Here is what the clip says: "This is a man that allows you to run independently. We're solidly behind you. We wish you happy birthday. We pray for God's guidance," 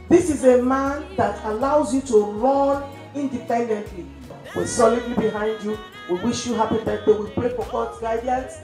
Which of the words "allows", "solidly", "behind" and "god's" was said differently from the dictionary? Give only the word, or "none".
god's